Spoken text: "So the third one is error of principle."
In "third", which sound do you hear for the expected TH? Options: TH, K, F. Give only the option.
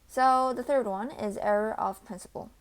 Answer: TH